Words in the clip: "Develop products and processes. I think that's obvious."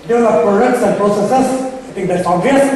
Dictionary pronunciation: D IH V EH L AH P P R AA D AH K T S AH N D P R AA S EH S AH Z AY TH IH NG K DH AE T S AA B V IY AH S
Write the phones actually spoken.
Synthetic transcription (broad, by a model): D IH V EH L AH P P R AA D AH K T S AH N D P R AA S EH S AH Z AY T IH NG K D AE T S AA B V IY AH S